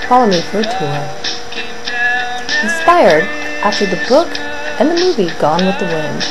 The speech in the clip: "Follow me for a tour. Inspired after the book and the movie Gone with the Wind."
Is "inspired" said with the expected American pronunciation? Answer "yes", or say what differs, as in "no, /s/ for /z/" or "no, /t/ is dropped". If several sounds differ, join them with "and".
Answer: no, /n/ is dropped